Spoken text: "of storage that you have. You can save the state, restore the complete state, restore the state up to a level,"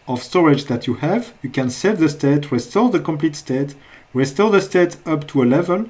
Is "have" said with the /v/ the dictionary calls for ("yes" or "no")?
yes